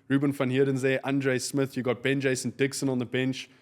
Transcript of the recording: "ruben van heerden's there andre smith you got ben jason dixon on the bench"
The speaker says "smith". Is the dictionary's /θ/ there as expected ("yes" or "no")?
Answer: yes